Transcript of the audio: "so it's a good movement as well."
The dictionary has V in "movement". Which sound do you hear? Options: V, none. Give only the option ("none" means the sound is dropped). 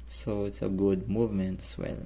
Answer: V